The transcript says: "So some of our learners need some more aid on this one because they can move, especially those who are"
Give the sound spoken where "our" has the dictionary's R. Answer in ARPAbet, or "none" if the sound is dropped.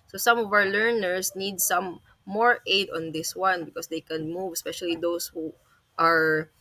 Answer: W